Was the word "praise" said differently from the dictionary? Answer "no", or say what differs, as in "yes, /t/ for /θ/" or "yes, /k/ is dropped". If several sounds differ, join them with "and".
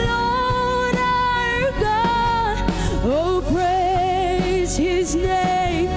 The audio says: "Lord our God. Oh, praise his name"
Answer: no